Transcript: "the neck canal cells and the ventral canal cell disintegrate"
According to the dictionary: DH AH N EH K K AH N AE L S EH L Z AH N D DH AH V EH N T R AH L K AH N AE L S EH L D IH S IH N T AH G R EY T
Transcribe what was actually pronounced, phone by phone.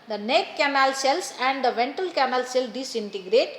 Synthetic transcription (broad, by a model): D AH N EH K K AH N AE L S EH L S AH N D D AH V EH N T AH L K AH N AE L S EH L D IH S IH N T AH G R EY T